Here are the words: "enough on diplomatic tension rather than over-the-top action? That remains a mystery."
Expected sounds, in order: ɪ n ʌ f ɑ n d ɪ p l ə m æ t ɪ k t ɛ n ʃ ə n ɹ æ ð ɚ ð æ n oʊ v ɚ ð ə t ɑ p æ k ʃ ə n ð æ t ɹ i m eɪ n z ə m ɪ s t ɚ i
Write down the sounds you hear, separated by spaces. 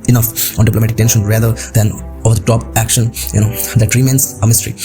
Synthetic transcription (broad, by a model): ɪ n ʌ f ɑ n d ɪ p l ə m æ t ɪ k t ɛ n ʃ ə n ɹ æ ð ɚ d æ n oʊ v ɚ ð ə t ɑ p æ k ʃ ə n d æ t ɹ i m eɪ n s ə m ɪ s t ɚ i